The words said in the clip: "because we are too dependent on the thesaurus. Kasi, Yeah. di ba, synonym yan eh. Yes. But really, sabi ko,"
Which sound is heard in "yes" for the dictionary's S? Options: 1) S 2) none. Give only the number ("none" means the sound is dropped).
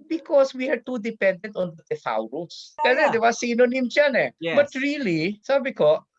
2